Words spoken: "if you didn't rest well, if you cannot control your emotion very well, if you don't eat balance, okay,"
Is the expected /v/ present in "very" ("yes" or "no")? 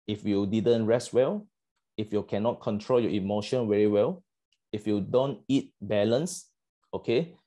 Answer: no